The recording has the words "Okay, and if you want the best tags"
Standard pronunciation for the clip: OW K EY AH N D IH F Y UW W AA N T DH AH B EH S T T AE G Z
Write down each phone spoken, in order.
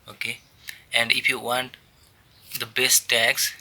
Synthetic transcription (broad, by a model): OW K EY AH N D IH F Y UW W AA N T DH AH B EH S T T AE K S